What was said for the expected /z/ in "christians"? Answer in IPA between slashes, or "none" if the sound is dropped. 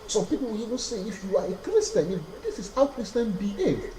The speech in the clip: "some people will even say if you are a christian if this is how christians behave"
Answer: none